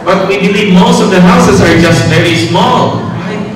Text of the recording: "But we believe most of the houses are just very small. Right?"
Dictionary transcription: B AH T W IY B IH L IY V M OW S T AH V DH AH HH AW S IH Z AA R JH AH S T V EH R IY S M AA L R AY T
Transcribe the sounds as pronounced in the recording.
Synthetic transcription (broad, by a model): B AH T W IY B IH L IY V M OW S T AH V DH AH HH AW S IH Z AA R JH AH S T V EH R IY S M AA L